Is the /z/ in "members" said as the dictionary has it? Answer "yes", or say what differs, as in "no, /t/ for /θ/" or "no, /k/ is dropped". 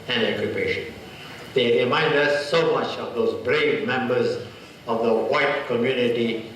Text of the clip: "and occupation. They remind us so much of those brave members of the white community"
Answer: yes